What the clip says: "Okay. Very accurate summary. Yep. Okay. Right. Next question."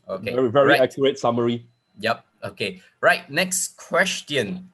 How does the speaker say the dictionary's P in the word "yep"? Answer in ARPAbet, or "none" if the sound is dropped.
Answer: P